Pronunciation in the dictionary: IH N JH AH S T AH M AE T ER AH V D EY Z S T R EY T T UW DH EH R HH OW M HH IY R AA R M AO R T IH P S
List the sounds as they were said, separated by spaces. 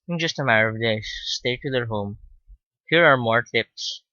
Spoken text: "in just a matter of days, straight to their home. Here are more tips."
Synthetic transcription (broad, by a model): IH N JH AH S T AH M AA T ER AH V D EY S T EY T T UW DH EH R HH OW M HH IY R AA R M AO R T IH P S